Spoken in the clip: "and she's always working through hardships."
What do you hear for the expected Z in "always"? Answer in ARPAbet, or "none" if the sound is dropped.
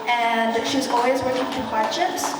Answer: Z